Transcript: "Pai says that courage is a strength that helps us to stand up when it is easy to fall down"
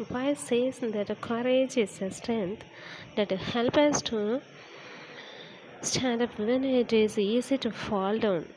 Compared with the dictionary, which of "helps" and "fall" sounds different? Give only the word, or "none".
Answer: helps